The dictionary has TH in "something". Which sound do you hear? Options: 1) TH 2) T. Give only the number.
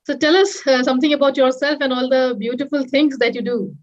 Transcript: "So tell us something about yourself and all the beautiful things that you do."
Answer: 2